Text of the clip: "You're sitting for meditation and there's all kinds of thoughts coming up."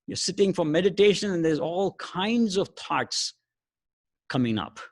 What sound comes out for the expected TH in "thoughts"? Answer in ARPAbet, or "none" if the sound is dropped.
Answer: T